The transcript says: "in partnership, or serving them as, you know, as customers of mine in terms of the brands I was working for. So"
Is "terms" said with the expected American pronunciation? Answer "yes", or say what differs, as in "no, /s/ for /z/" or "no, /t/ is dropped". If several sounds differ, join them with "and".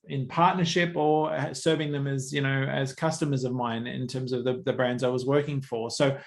yes